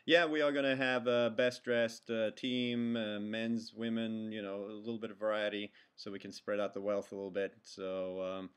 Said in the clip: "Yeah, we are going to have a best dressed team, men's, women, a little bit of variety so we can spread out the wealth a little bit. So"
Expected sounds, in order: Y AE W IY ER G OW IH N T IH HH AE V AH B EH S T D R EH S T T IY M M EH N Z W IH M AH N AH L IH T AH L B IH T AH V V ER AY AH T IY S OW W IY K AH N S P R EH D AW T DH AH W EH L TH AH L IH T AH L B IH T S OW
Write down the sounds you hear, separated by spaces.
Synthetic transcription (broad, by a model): Y AE W IY ER G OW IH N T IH V AH B EH S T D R EH S T T IY M M EH N Z W IH M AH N AH L IH T L B IH T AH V V ER AY AH T IY S OW W IY K AH N S P R EH D AW T DH AH W EH L TH AH L IH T L B IH T S OW